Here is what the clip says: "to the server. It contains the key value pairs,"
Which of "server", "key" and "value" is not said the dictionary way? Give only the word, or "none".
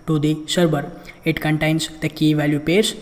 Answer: server